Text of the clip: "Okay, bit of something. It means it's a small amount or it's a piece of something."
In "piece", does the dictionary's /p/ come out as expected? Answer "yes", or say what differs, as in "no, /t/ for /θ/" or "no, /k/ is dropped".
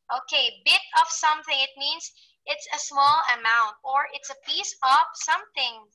yes